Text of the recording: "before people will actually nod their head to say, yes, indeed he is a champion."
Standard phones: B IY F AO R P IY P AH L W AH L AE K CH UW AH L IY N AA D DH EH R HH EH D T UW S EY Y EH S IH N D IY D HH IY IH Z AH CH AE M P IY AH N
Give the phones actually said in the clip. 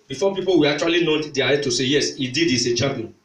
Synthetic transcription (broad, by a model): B IY F AO P IY P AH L W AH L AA K CH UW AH L IY N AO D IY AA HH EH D T UW S EY Y EH S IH D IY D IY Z AH CH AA M P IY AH N